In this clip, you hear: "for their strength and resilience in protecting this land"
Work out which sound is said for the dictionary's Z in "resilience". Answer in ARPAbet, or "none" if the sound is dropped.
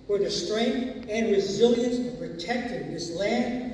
Z